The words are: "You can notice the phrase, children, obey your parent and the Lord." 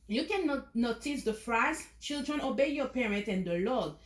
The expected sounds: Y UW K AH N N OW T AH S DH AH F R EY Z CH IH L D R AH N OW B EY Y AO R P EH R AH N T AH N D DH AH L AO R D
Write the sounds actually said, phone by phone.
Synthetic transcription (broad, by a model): Y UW K AH N N OW T AH S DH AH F R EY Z CH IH L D R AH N OW B EY Y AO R P EH R AH N T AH N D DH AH L AO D